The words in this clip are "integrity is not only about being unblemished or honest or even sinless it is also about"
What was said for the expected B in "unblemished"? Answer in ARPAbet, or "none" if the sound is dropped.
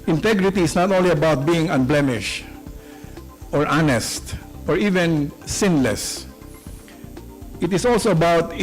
B